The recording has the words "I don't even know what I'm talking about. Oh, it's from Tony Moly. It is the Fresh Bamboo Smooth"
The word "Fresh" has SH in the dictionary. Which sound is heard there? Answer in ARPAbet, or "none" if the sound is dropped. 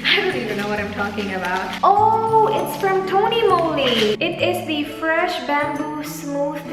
SH